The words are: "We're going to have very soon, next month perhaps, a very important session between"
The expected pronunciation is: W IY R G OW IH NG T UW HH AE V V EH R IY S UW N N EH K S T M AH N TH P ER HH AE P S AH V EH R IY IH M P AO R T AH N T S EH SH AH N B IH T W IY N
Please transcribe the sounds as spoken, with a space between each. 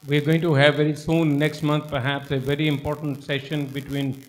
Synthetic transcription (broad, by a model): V IY R G OW IH NG T UW HH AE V V EH R IY S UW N N EH K S T M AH N T P ER HH AE P S AH V EH R IY IH M P AO R T AH N T S EH SH AH N B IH T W IY N